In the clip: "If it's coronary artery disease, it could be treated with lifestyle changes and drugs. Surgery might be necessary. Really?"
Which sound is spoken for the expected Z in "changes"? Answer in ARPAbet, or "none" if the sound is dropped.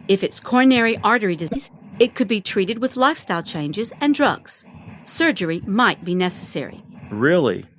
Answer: Z